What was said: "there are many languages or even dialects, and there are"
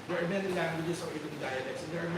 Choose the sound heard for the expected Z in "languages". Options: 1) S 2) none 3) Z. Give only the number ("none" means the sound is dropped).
1